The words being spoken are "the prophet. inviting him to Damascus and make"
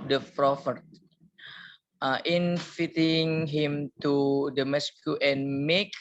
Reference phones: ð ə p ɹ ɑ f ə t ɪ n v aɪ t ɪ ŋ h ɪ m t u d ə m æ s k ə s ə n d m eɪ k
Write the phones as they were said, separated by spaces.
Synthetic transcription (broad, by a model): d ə p ɹ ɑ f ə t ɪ n f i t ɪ ŋ h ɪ m t u d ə m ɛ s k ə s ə n m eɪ k